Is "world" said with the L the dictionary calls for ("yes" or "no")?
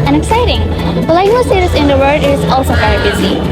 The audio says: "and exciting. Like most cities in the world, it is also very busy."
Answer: no